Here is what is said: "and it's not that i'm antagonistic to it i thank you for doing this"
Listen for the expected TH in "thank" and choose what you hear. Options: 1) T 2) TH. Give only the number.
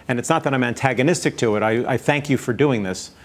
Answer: 2